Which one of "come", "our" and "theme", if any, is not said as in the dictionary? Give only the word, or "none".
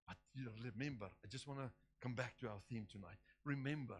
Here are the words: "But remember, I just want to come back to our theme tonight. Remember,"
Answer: none